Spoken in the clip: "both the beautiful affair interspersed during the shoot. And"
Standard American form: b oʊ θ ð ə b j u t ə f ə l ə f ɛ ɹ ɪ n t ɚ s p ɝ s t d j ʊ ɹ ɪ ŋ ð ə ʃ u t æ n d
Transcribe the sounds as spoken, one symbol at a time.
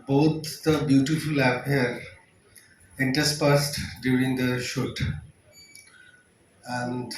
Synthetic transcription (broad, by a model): b oʊ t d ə b j u t ə f ə l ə p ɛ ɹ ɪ n t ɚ s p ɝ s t d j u ɹ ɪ ŋ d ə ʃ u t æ n d